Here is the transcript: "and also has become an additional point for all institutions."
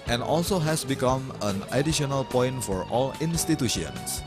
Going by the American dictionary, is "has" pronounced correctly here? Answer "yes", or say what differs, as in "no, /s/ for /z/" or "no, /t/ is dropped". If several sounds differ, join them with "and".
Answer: no, /s/ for /z/